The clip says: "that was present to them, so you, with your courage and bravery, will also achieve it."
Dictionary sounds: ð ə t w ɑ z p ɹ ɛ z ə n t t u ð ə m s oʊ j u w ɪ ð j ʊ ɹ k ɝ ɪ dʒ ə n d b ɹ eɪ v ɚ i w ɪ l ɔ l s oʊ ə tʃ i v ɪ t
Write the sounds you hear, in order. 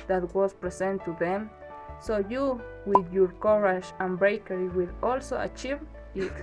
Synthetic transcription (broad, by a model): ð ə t w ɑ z p ɹ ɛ s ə n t t u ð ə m s oʊ j u w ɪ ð j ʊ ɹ k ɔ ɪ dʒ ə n b ɹ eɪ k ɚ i w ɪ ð ɔ l s oʊ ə tʃ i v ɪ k